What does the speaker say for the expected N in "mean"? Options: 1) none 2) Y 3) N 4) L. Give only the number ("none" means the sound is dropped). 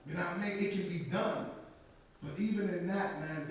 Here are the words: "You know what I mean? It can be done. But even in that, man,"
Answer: 1